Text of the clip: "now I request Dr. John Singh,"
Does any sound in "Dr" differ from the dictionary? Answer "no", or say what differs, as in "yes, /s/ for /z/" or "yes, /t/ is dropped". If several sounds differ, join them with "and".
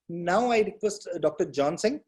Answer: no